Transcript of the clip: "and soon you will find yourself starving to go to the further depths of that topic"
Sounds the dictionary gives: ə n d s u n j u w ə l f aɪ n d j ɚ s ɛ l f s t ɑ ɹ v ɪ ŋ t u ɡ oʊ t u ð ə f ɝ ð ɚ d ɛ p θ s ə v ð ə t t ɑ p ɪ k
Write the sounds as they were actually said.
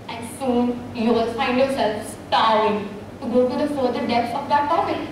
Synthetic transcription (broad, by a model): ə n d s u n j u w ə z f aɪ n d j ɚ s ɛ l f s t ɑ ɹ ɪ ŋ t u ɡ oʊ t u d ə f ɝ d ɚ d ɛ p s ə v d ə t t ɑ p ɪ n